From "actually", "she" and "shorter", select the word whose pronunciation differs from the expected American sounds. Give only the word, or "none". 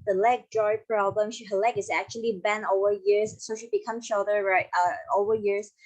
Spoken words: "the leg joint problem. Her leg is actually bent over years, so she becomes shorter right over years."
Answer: shorter